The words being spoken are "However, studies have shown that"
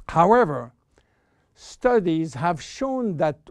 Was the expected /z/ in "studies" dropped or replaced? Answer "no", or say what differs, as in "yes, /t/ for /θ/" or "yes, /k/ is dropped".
no